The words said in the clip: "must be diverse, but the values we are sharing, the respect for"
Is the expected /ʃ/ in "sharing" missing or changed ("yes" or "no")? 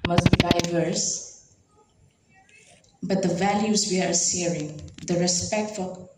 yes